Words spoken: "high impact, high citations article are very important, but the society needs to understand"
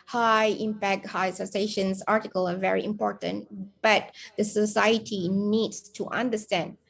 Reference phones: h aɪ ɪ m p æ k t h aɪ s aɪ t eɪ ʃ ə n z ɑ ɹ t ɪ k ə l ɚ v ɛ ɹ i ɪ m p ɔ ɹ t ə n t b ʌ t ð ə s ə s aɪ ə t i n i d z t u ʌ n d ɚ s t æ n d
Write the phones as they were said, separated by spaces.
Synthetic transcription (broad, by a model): h aɪ ɪ m p æ k t h aɪ s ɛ s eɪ ʃ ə n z ɑ ɹ t ɪ k ə l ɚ v ɛ ɹ i ɪ m p ɔ ɹ t ə n t b ʌ t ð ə s ə s aɪ ə t i n i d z t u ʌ n d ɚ s t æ n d